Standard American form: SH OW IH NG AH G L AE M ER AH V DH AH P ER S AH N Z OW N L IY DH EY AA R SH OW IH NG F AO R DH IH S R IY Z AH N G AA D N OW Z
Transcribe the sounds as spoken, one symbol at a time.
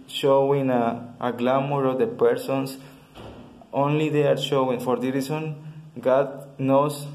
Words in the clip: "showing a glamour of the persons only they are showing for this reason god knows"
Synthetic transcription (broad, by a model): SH OW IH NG AH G L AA M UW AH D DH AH P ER S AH N S OW N L IY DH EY AA R SH OW IH NG F AO R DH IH R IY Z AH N G AA D N OW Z